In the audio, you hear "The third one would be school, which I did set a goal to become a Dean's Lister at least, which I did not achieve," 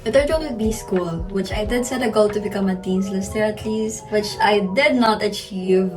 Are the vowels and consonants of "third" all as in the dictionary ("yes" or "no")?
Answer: no